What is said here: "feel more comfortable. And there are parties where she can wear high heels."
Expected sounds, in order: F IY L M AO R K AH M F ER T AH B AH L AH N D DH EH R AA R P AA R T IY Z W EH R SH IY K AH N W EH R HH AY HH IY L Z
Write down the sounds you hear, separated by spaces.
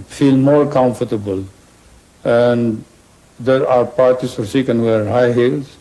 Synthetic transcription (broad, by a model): F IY L M AO R K AH M F ER T AH B AH L AH N D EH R AA R P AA R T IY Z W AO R S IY K AH N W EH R HH AY HH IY L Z